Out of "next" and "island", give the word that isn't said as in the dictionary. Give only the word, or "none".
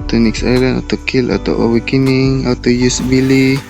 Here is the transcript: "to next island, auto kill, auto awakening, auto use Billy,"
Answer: island